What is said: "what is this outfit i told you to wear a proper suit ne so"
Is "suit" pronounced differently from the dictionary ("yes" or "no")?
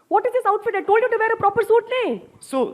no